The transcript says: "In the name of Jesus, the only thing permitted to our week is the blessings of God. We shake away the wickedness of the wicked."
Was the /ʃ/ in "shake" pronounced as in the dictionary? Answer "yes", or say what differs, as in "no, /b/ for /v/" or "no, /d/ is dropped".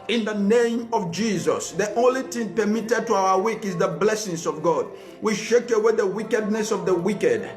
yes